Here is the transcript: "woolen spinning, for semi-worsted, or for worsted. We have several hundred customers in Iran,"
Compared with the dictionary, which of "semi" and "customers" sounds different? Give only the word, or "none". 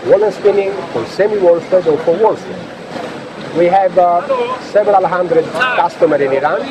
customers